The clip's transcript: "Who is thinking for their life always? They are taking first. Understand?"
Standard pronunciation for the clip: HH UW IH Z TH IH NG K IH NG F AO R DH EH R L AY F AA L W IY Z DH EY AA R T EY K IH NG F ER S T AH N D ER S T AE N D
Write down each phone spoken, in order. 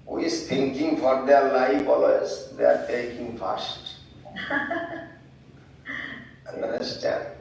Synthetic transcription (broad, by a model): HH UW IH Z T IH NG K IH NG F AO R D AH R L AY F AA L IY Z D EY AA R T EY K IH NG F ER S T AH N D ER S T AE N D